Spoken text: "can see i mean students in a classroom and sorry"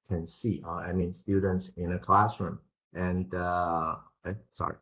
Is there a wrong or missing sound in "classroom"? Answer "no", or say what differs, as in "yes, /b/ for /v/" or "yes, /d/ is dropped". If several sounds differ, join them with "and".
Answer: no